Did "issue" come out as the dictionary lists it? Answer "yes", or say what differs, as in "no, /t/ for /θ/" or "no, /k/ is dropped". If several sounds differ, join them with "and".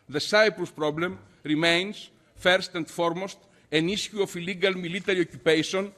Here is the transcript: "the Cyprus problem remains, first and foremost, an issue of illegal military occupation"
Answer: no, /s/ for /ʃ/